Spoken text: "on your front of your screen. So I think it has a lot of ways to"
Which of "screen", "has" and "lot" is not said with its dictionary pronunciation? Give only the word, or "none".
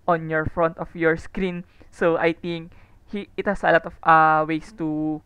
has